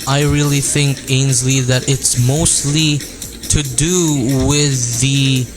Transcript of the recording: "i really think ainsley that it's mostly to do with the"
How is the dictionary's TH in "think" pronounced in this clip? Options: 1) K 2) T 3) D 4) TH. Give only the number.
4